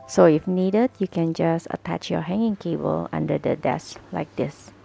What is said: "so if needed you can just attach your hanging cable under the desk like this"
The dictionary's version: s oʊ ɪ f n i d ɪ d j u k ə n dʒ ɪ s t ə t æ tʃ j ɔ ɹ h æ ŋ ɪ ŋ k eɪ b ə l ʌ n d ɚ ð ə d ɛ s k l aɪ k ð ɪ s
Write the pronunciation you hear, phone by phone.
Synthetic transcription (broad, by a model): s oʊ ɪ f n i d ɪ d j u k ə n dʒ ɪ s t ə t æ tʃ j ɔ h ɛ ŋ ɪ ŋ k eɪ b ə l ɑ n d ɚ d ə d ɛ s k l aɪ k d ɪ s